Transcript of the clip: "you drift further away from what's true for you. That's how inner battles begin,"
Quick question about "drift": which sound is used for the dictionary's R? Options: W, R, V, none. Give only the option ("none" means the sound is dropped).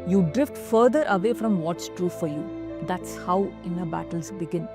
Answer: R